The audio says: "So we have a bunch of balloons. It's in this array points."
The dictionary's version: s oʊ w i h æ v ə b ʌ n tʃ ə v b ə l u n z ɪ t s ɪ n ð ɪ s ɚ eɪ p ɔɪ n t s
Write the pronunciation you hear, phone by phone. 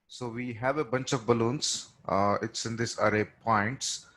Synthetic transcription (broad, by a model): s oʊ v i h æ v ə b ʌ n tʃ ə v b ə l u n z ɪ t s ɪ n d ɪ s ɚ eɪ p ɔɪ n t s